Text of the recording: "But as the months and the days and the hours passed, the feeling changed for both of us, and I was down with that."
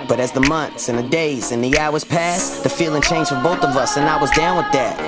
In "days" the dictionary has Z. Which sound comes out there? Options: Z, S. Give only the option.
Z